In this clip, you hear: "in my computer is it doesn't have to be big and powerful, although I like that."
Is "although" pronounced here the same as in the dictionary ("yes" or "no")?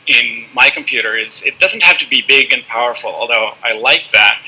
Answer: yes